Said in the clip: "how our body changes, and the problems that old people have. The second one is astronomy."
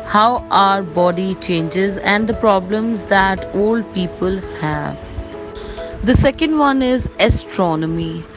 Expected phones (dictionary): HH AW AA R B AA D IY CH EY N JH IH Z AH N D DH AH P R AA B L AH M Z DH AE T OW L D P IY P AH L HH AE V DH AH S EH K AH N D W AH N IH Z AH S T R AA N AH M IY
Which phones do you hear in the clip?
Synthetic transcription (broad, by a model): HH AW AA R B AA D IY CH EY N JH IH Z AH N D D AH P R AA B L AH M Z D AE T OW L D P IY P AH L HH AE V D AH S EH K AH N D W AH N IH Z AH S T R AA N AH M IY